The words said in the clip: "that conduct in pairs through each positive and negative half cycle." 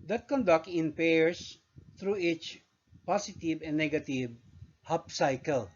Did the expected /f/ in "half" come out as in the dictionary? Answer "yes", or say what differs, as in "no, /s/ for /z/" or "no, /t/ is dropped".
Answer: no, /p/ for /f/